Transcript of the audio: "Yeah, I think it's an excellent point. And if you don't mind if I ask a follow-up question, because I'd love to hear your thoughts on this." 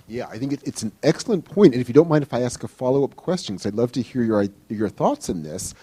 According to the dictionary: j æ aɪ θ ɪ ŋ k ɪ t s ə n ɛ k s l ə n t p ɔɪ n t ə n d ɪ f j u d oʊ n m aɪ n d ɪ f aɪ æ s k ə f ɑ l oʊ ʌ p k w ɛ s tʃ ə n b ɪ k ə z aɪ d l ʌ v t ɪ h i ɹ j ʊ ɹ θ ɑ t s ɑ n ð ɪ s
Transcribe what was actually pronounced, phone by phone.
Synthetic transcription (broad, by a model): j æ aɪ θ ɪ ŋ k ɪ t s n ɛ k s l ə n p ɔɪ n t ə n ɪ f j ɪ d oʊ n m aɪ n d ɪ f aɪ æ s k ə f ɑ l oʊ ʌ p k w ɛ s tʃ ə n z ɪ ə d l ʌ v t ɪ h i ɹ j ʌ ɹ θ ɑ t s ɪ n ð ɪ s